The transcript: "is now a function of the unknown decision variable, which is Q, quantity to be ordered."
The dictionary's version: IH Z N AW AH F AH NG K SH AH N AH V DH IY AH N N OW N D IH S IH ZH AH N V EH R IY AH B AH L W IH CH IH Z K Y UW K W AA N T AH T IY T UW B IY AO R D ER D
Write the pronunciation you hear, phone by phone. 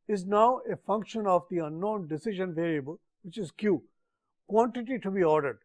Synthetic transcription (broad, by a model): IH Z N AW AH F AH NG K SH AH N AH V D IY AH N N OW N D IH S IH ZH AH N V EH L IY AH B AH L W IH CH IH Z K Y UW K W AA N T AH T IY T UW B IY AO R D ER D